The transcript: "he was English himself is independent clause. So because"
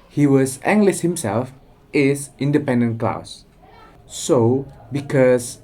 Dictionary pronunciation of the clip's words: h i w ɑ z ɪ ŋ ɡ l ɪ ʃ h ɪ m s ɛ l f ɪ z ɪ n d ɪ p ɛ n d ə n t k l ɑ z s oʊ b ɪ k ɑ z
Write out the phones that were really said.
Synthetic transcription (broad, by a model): h i w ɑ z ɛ ŋ ɡ l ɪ s h ɪ m s ɛ l f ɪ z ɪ n d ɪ p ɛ n d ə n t k l ɑ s s oʊ b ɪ k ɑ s